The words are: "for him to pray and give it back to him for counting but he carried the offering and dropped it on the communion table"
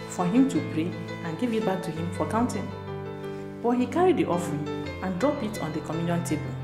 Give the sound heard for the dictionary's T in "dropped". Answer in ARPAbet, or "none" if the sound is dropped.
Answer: none